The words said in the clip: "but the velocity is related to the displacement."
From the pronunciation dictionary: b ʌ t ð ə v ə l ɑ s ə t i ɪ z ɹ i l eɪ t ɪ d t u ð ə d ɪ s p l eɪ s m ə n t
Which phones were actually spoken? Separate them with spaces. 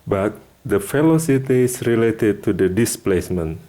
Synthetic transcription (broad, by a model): b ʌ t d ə f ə l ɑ s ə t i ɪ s ɹ i l eɪ t ɪ d t u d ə d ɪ s p l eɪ s m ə n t